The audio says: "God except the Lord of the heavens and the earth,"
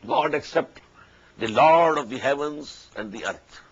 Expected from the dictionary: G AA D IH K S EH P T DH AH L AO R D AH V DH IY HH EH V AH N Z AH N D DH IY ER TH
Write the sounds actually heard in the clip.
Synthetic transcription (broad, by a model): G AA D IH K S EH P T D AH L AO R D AH V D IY HH EH V AH N Z AH N D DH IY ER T